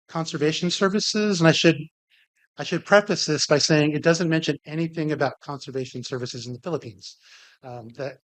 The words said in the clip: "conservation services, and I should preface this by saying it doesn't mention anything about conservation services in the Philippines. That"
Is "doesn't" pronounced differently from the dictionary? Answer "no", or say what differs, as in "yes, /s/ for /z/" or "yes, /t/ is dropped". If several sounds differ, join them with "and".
no